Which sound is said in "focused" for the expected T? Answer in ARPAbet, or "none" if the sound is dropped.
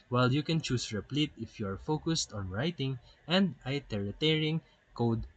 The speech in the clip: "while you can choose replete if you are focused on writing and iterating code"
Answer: T